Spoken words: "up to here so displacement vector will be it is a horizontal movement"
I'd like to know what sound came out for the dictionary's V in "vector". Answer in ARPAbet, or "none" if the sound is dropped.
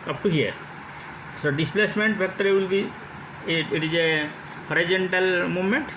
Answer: P